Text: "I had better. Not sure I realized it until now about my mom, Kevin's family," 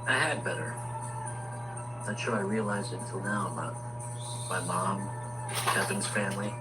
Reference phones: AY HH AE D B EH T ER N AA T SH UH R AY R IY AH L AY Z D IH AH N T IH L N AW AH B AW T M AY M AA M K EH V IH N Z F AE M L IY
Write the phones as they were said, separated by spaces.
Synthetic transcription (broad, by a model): AY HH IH D B EH T ER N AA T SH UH R AY R IY AH L AY Z D IH N T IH L N AW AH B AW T M AY M AA M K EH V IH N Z F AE M L IY